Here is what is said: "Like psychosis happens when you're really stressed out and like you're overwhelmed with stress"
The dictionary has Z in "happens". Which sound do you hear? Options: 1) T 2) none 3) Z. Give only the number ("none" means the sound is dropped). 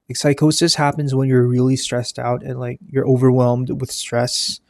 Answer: 3